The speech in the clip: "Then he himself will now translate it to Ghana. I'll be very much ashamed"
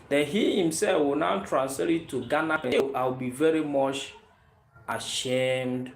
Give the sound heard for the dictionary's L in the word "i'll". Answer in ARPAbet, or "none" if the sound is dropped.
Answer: W